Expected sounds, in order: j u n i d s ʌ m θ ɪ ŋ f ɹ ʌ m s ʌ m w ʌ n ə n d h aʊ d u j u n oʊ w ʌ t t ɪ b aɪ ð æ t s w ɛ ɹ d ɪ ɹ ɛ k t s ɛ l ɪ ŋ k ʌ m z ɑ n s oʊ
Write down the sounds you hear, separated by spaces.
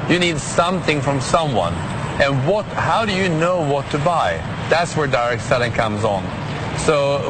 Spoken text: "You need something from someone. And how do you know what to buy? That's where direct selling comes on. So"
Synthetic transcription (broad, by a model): j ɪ n i d s ʌ m θ ɪ ŋ f ɹ ʌ m s ʌ m w ʌ n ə n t h aʊ d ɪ j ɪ n oʊ w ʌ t t ɪ b aɪ ð æ t s w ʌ ɹ d ɪ ɹ ɛ k t s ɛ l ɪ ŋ k ʌ m z n s oʊ